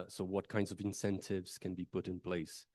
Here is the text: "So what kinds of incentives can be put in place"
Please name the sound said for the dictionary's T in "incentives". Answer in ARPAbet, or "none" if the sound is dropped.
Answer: T